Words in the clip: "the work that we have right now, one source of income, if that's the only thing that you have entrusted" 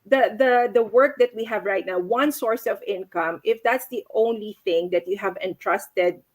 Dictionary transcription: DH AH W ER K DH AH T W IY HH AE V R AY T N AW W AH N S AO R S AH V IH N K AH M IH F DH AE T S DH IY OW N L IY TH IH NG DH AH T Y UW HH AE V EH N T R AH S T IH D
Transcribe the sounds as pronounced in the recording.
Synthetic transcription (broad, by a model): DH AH W ER K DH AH T W IY HH AE V R AY T N AW W AH N S AO R S AH V IH N K AH M IH F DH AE T S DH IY OW N L IY TH IH NG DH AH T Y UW HH AE V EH N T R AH S T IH D